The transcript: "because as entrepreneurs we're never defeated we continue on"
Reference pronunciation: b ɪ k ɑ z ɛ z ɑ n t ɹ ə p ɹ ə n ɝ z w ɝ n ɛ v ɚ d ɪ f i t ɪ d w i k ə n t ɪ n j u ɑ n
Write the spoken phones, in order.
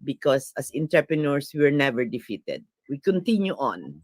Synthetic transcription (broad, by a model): b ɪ k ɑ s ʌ s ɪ n t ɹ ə p ɹ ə n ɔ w w ɝ n ɛ v ɚ d ɪ f i t ɪ d w i k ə n t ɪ n j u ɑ n